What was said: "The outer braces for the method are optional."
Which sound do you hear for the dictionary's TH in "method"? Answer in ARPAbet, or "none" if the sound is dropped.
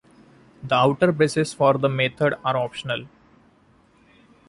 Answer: T